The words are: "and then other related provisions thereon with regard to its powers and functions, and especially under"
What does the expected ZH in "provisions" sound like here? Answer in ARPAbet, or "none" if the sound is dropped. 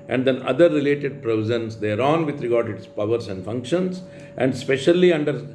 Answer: Z